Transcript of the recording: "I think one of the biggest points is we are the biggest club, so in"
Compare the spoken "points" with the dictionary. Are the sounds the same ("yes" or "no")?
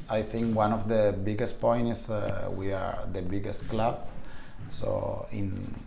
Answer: no